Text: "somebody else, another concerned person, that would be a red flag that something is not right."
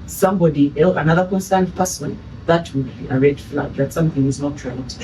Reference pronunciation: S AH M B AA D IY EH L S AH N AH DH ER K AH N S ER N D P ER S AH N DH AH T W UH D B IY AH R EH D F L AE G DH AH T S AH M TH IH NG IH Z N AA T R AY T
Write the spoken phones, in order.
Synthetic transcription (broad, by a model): S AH M B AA D IY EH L AH N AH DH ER K AH N S ER N D P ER S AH N DH AH T W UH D B IY AH R EH D F L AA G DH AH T S AH M TH IH NG IH Z N AA T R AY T